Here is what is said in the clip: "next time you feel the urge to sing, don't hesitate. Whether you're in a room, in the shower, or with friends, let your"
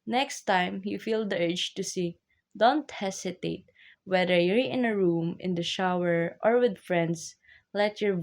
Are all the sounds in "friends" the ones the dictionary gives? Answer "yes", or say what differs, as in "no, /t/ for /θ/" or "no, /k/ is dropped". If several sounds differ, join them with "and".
no, /s/ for /z/